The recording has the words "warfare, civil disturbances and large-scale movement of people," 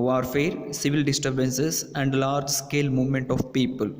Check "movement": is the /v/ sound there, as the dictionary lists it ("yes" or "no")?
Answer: yes